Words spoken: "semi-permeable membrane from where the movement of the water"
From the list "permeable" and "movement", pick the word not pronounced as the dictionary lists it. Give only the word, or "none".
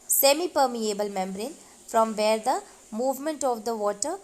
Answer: none